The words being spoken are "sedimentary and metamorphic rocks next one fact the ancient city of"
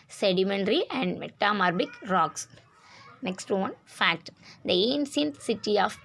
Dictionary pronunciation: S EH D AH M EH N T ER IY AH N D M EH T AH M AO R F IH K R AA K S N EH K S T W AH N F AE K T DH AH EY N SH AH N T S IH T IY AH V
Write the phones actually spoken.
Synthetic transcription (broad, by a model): S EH D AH M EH N T IY AH N D M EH T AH M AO R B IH K R AA K S N EH K S T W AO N F AE K T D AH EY N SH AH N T S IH T IY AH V